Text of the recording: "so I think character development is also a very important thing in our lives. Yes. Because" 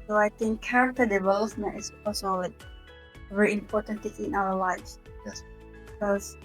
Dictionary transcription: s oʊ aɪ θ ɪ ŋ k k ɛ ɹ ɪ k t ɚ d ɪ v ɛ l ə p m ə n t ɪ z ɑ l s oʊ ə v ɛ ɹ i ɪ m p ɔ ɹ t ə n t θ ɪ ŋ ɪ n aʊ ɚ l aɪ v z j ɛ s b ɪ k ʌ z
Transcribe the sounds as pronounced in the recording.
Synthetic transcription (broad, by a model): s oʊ aɪ t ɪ ŋ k k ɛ ɹ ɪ k t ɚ d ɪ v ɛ l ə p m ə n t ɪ s ɑ l s oʊ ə v ɛ ɹ i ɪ m p ɔ t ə n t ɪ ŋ ɪ n aʊ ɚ l aɪ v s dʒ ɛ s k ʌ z